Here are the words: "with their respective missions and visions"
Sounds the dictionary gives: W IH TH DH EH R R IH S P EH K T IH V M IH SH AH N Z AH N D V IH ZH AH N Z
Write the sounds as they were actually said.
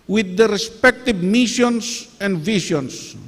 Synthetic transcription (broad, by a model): W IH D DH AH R R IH S P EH K T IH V M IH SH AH N S AH N D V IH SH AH N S